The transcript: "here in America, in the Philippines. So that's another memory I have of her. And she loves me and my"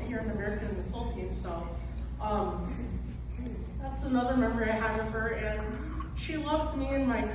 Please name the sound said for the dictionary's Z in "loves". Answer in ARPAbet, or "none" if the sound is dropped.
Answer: Z